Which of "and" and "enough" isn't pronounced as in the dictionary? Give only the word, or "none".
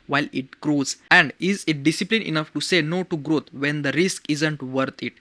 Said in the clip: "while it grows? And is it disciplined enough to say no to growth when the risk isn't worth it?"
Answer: none